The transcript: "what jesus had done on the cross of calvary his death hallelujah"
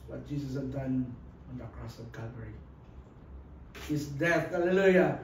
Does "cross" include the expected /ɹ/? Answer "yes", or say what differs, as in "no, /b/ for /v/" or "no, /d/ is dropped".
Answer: yes